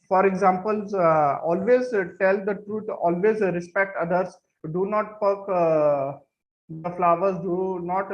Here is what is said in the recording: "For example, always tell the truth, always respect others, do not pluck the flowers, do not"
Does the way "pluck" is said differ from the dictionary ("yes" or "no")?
yes